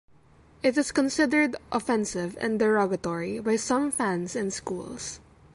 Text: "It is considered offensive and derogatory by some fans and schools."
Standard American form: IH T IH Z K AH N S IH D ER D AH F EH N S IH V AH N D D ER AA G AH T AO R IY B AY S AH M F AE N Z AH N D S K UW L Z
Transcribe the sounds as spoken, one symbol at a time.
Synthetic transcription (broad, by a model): IH T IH S K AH N S IH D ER D AH F EH N S IH V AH N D D ER AA G AH T AO R IY B AY S AH M F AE N S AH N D S K UW L S